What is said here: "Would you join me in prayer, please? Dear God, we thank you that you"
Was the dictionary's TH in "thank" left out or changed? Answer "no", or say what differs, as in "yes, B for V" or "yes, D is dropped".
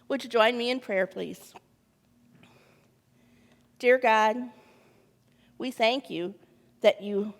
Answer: no